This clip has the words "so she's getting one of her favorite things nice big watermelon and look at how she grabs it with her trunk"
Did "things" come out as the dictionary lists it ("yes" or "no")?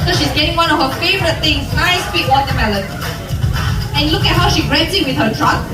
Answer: no